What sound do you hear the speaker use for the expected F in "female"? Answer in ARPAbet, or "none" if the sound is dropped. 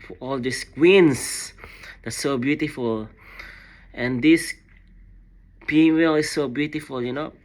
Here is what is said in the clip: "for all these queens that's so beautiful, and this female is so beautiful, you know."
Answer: P